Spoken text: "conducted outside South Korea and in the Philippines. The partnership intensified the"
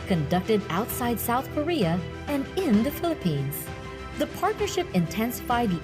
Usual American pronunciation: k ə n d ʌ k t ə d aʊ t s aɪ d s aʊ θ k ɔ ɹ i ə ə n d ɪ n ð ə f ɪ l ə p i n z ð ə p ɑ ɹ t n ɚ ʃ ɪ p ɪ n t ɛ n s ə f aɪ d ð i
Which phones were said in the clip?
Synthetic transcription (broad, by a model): k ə n d ʌ k t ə d aʊ t s aɪ d s aʊ θ k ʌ ɹ i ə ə n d ɪ n ð ə f ɪ l ə p i n z ð ə p ɑ ɹ t n ɚ ʃ ɪ p ɪ n t ɛ n s ə f aɪ d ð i